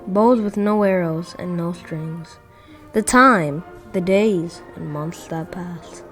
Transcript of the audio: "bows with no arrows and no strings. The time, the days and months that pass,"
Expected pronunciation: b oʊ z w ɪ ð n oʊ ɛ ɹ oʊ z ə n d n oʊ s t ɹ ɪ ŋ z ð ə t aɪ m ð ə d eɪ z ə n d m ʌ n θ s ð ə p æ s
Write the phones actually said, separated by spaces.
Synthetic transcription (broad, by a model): b oʊ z w ɪ ð n oʊ ɛ ɹ oʊ z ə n n oʊ s t ɹ ɪ ŋ z ð ə t aɪ m ð ə d eɪ z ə n m ʌ n θ s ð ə p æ s